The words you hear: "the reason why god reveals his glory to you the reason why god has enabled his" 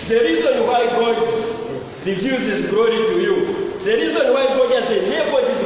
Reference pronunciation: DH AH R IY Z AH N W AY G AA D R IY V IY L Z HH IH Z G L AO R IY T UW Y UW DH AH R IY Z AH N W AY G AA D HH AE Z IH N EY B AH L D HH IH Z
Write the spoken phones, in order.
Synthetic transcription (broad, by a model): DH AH R IY Z AH N W AY G AA D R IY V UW Z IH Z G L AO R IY T UW Y UW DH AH R IY Z AH N W AY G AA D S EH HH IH EY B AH D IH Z